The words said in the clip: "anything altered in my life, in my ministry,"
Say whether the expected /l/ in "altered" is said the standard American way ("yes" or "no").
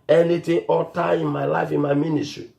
no